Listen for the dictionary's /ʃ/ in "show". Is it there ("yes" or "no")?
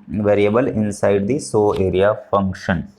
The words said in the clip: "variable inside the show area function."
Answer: no